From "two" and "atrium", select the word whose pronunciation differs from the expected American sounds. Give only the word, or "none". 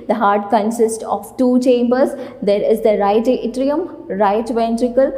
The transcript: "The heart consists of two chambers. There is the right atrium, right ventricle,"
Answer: none